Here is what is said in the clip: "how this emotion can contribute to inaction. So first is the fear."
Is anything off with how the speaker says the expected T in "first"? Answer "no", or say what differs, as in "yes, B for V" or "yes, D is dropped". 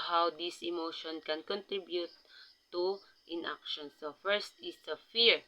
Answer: no